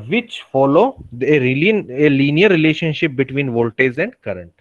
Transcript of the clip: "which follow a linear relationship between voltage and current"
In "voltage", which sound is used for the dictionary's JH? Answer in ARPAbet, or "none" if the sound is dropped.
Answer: Z